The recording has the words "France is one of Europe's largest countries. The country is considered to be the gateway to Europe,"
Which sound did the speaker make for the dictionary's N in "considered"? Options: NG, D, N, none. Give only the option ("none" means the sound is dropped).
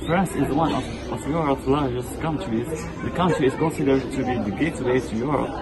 N